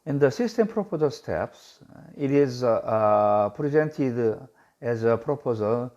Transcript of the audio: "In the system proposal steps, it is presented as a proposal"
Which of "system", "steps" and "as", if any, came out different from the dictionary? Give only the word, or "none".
none